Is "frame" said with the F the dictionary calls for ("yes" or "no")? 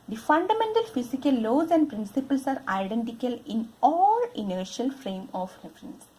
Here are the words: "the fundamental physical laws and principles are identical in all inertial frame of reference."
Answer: yes